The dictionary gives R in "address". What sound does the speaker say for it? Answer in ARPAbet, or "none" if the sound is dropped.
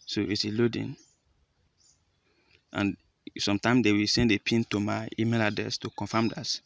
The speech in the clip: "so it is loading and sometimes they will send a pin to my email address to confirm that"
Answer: none